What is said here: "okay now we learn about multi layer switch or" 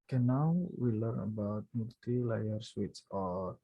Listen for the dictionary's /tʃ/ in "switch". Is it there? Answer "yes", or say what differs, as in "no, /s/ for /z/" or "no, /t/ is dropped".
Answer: no, /s/ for /tʃ/